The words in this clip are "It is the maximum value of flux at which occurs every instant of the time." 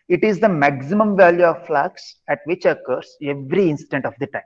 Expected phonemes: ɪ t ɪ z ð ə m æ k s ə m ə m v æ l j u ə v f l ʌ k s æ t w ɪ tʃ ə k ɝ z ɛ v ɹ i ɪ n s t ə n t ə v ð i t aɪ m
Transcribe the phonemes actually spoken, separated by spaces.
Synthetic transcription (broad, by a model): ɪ t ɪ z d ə m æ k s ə m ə m v æ l j u ə v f l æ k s æ t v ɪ tʃ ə k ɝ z ɛ v ɹ i ɪ n s t ə n t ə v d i t aɪ m